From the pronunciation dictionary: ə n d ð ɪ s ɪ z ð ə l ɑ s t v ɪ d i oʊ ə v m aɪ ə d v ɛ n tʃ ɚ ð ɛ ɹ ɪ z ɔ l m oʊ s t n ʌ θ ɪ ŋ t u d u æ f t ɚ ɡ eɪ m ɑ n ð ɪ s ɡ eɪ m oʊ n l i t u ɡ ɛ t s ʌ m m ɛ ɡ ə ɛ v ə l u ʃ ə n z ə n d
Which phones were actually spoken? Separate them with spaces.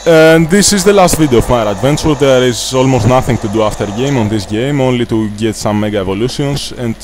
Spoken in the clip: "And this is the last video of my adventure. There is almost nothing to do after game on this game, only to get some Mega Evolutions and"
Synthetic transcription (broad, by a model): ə n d ð ɪ s ɪ z ð ə l ɑ s t v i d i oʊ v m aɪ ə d v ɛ n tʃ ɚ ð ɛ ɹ ɪ z ɔ l m oʊ s t n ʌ θ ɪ ŋ t u d u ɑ f t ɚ ɡ eɪ m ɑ n ð ɪ s ɡ eɪ m oʊ n l i t u ɡ ɛ t s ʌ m m ɛ ɡ ə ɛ v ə l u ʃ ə n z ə n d